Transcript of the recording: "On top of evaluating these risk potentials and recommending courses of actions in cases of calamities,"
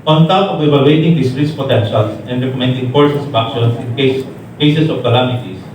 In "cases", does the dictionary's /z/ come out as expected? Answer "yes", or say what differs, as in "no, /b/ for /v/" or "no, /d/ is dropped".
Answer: no, /s/ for /z/